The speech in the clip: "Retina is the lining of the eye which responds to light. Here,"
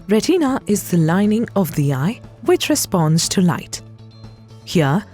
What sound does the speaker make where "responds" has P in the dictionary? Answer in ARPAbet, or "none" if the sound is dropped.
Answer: P